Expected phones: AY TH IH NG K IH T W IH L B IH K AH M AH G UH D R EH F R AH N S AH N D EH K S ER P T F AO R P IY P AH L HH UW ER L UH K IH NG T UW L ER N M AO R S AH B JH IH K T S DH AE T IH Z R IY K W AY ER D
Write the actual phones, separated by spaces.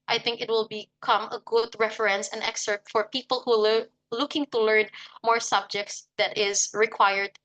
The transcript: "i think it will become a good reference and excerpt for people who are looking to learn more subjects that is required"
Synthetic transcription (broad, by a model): AY TH IH NG K IH T W IH L B IH K AH M AH G UH D R EH F R AH N S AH N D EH K S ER T F AO R P IY P AH L HH UW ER L UH K IH NG T UW L ER N M AO R S AH B JH IH K T S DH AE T IH Z R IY K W AY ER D